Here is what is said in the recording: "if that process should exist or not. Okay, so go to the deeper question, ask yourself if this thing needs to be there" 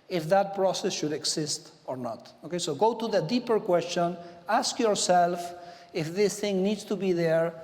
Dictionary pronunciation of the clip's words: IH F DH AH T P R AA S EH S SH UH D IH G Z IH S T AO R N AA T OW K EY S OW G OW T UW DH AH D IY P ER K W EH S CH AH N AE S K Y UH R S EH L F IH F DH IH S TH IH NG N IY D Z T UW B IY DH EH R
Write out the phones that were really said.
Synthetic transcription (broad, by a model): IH F DH AH T P R AA S EH S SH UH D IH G S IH S T AO R N AA T OW K EY S OW G OW T UW DH AH D IY P ER K W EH S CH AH N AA S K Y UH R S EH L F IH F DH IH S TH IH NG N IY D S T UW B IY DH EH R